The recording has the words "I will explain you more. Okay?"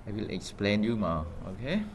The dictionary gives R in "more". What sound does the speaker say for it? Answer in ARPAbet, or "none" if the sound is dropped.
L